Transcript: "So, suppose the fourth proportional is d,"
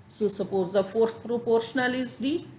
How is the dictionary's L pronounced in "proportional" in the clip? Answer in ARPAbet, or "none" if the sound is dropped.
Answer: L